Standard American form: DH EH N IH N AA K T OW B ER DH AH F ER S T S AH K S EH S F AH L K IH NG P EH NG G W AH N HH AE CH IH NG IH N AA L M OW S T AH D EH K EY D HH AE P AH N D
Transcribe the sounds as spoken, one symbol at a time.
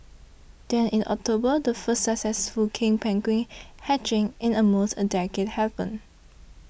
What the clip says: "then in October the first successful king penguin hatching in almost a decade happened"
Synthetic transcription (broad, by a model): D EH N IH N AA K T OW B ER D AH F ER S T S AH K S EH S F AH L K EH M P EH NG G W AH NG HH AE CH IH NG IH N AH M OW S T AH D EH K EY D HH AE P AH N